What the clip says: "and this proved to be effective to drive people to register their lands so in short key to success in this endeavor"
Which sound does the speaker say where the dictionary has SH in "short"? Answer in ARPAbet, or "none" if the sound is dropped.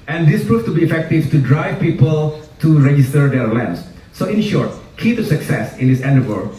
SH